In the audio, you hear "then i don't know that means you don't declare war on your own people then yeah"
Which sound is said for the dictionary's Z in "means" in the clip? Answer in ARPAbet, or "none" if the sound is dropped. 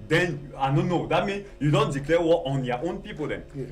none